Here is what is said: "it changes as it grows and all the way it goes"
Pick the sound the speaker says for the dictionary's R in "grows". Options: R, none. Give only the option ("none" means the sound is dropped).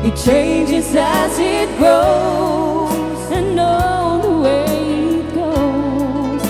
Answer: none